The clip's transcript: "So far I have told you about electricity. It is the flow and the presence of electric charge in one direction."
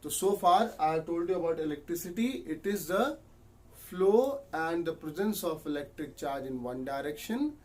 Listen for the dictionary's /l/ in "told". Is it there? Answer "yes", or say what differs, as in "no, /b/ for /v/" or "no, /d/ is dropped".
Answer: yes